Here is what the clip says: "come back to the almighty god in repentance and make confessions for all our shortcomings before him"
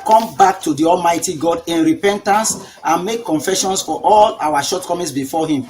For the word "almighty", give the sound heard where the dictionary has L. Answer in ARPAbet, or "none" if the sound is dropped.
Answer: L